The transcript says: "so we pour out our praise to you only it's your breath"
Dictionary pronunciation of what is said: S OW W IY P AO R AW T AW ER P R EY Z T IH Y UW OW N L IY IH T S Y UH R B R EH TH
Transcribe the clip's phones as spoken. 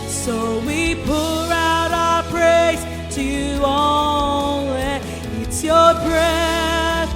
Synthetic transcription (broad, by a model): S OW W IY P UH R AW T AW ER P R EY S T IH Y UW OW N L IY IH T S Y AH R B R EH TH